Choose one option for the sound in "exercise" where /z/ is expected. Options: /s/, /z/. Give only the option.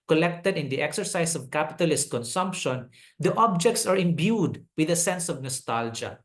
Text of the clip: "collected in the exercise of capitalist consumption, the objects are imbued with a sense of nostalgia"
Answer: /s/